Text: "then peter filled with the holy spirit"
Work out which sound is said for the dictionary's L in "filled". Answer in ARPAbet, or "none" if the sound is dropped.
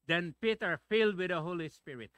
L